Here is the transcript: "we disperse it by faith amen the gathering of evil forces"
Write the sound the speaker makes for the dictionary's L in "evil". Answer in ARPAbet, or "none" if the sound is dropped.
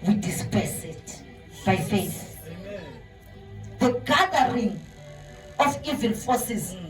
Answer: N